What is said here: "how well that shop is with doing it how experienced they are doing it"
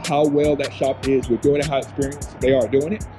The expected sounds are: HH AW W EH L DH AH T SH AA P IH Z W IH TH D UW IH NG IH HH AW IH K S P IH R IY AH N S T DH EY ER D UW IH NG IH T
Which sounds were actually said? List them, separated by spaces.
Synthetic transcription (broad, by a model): HH AW W EH L DH AH T SH AA P IH Z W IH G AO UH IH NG IH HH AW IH S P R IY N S DH EY ER D UW IH NG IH T